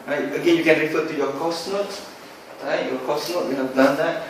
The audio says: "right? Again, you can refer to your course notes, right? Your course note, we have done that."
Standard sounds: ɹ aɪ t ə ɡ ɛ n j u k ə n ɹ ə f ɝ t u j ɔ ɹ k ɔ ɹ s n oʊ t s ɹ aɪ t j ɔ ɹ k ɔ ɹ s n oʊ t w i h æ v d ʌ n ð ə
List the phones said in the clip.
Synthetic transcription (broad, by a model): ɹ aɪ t ə ɡ ɛ n j u k ə n ɹ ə f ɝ t u j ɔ k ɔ s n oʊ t ɹ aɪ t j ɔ k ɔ s n oʊ t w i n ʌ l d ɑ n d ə